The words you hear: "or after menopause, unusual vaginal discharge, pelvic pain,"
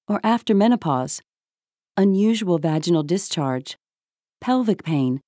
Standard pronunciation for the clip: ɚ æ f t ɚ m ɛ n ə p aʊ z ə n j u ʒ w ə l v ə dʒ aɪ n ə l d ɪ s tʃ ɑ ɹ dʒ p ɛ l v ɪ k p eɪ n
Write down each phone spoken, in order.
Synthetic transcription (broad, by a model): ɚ æ f t ɚ m ɛ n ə p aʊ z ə n j u ʒ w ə l v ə dʒ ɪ n l d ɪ s tʃ ɑ ɹ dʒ p ɛ l v ɪ k p eɪ n